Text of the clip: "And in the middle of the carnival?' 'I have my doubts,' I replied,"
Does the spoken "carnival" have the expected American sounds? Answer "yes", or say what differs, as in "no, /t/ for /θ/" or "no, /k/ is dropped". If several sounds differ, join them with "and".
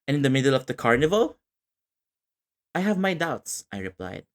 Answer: yes